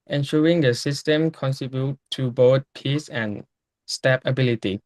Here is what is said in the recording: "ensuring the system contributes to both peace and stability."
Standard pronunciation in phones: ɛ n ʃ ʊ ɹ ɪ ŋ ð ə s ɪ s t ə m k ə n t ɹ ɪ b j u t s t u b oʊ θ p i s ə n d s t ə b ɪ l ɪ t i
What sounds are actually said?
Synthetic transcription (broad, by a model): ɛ n ʃ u ɹ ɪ ŋ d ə s ɪ s t ə m k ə n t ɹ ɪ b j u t t u b oʊ t p i s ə n s t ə b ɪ l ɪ t i